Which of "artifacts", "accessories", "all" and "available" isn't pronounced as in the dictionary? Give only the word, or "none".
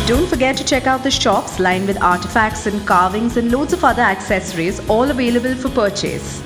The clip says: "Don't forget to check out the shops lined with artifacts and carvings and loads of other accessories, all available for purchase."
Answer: none